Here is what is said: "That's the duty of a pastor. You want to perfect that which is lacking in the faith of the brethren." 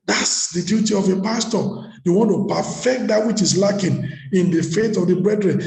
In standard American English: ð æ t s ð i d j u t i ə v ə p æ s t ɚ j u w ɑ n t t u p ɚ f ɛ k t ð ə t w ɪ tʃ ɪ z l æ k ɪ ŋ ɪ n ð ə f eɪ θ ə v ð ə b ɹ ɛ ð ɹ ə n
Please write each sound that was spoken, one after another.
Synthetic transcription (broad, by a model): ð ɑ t s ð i d j u t i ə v ə p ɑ s t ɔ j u w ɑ n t t u p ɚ f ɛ k t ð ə t w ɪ tʃ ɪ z l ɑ k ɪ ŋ ɪ n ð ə f eɪ t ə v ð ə b ɹ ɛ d ɹ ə n